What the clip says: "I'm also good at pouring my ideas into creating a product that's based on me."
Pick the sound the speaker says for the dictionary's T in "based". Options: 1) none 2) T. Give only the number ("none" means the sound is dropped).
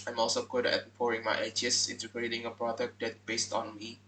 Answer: 2